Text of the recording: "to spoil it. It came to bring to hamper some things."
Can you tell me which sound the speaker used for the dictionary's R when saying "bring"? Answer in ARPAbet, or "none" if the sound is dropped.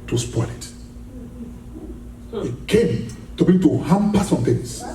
none